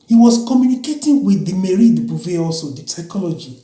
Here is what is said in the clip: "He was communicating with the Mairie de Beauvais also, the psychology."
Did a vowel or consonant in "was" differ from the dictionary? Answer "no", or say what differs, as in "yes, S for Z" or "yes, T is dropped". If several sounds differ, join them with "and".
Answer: yes, S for Z